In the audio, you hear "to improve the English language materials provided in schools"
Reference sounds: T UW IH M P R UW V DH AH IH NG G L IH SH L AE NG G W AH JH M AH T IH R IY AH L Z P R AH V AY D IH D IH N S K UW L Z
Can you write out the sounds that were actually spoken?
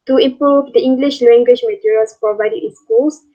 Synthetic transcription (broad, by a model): T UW IH M P R UW V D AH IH NG G L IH SH L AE NG G W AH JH M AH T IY R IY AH L S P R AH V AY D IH IH N S K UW L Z